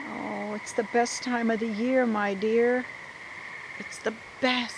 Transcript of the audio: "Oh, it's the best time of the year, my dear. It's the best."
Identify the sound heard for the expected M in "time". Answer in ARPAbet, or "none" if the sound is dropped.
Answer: M